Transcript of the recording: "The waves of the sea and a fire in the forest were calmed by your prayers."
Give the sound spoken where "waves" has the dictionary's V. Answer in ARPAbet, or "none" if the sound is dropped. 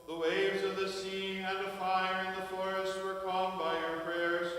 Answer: V